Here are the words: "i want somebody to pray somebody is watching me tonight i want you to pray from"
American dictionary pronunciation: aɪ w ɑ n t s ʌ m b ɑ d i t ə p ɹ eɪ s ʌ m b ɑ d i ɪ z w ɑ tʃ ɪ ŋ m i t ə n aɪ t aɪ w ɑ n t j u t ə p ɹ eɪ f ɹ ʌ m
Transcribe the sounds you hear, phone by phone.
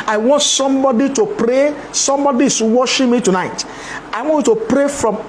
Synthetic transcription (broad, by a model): aɪ w ɑ n t s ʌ m b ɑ d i t ə p ɹ eɪ s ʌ m b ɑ d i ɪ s w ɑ ʃ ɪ m i t ə n aɪ t aɪ w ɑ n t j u t ə p ɹ eɪ f ɹ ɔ m